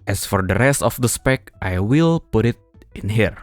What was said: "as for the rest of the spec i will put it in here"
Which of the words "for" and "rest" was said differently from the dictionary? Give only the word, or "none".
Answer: none